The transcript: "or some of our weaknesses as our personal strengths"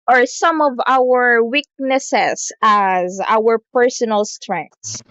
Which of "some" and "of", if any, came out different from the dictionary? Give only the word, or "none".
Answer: none